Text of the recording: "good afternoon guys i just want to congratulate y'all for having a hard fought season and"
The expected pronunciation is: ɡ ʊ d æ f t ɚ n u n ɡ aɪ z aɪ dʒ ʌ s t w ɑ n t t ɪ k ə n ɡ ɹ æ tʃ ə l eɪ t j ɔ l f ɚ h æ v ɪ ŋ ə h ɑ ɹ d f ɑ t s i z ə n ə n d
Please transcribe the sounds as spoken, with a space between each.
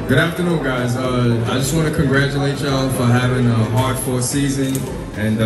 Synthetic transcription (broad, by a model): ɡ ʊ d æ f t ɚ n u n ɡ aɪ z aɪ dʒ ʌ s t w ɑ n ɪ k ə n ɡ ɹ æ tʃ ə l eɪ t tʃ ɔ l f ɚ h æ v ɪ ŋ ə h ɑ ɹ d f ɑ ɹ s i z ə n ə n